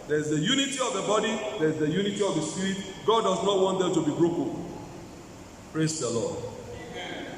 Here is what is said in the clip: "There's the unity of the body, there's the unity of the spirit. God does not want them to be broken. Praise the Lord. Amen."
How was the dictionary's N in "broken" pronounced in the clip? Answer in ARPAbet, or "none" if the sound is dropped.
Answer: L